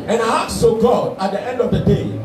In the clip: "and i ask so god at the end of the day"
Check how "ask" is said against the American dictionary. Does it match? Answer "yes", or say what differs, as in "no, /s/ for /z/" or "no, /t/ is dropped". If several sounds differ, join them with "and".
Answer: no, /s/ is dropped